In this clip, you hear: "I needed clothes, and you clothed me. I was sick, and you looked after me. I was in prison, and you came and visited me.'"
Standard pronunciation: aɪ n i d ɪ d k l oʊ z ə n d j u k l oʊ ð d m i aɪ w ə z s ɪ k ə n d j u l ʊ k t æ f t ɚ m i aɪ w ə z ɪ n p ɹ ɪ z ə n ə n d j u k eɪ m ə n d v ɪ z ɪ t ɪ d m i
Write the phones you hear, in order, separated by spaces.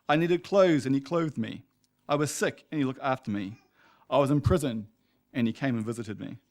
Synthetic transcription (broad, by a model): aɪ n i d ɪ d k l oʊ z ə n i k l oʊ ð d m i aɪ w ə z s ɪ k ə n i l ʊ k t æ f t ɚ m i aɪ w ə z ɪ n p ɹ ɪ z ə n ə n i k eɪ m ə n v ɪ z ɪ t ɪ d m i